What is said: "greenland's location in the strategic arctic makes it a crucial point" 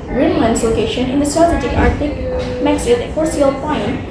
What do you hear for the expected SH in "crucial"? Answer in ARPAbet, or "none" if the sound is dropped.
none